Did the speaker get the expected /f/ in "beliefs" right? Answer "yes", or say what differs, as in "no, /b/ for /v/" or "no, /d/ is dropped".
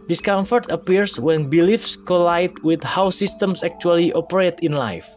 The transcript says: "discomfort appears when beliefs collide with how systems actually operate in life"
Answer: yes